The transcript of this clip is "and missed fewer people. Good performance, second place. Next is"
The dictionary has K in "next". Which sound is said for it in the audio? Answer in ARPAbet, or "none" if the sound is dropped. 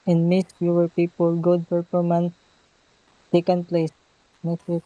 none